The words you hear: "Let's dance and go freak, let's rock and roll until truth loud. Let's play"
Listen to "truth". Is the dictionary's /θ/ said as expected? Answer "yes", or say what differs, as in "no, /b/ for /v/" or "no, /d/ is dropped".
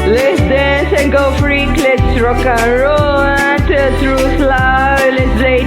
no, /s/ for /θ/